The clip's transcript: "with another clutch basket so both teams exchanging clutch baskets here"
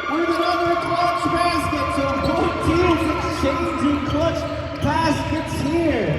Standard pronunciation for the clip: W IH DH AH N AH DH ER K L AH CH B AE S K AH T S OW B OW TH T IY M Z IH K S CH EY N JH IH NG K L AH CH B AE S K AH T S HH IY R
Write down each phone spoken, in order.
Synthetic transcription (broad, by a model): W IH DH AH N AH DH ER K L AH CH B AE S K AH T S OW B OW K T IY Z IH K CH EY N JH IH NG K L AH CH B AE S K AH T S HH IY R